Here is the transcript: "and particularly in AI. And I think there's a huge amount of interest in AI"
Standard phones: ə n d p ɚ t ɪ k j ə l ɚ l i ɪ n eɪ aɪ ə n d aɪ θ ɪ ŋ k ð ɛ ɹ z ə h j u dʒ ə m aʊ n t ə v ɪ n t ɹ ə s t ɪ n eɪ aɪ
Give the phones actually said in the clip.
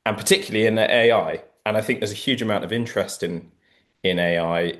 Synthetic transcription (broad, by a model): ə n p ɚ t ɪ k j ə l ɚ l i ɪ n eɪ aɪ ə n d aɪ θ ɪ ŋ k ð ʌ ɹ z ə h j u dʒ ə m aʊ n t ə v ɪ n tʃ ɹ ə s t ɪ n eɪ aɪ